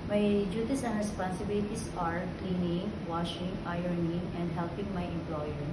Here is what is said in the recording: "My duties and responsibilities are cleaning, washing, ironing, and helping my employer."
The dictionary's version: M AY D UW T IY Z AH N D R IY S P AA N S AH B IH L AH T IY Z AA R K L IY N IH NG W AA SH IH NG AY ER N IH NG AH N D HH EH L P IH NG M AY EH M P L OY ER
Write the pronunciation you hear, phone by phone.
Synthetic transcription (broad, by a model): M AY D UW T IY S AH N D R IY S P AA N S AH B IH L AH T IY S AA R K L IY N IH NG W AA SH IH NG AY ER N IH NG AH N D HH EH L P IH NG M AY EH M P L OY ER